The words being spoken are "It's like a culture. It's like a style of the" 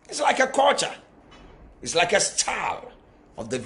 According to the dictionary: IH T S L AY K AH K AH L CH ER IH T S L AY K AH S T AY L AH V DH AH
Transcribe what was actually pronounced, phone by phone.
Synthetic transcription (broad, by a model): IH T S L AY K AH K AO CH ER IH T S L AY K AH S T AY L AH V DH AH